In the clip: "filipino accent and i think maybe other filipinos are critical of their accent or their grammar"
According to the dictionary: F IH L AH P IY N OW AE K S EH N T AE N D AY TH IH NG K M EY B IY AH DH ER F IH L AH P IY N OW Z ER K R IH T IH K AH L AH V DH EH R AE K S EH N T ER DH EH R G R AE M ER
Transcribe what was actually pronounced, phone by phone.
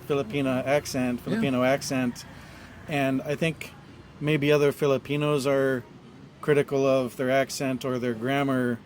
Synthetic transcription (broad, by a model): F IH L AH P IY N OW AE K S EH N T AE N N AY TH IH NG K M EY B IY AH DH ER F IH L AH P IY N OW Z ER K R IH T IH K L AH V DH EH R AE K S EH N T ER DH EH R G R AE M ER